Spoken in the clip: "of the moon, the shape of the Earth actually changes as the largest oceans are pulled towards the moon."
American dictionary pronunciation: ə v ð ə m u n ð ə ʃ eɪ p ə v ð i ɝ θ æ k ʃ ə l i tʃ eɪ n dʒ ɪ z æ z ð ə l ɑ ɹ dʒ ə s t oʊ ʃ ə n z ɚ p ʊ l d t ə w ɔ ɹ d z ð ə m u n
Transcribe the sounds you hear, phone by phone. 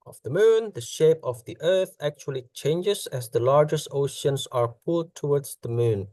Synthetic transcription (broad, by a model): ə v ð ə m u n ð ə ʃ eɪ p ə v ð i ɝ θ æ k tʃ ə l i tʃ eɪ n dʒ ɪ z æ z ð ə l ɑ ɹ dʒ ə s t oʊ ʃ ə n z ɚ p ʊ l d t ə w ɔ ɹ d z ð ə m u n